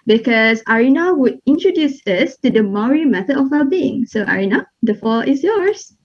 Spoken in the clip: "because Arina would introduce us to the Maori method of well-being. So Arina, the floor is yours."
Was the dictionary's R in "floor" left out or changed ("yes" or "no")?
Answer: yes